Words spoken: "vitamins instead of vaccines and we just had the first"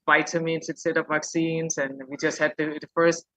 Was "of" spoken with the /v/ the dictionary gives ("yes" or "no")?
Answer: no